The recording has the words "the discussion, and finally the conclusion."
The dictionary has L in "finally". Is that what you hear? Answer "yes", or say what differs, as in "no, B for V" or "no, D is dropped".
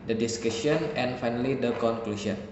yes